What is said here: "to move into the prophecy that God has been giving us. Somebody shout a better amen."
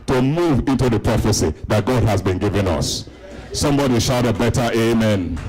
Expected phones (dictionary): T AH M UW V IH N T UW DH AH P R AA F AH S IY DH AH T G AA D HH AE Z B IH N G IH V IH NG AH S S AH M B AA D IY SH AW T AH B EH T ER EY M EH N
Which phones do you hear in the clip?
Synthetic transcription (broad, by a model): T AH M UW V IH N T UW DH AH P R AA F AH S IY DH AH T G AA D HH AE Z B IH N G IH V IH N AH S S AH M B AA D IY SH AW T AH B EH T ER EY M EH N